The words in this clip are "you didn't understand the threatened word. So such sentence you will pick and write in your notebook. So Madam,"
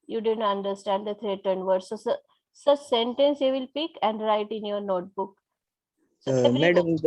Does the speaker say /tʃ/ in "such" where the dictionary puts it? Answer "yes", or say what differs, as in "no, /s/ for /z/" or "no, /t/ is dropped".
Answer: no, /s/ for /tʃ/